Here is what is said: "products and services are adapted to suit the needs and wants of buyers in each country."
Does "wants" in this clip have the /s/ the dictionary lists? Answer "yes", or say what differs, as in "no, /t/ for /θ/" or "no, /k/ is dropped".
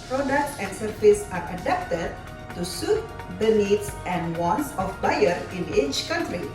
yes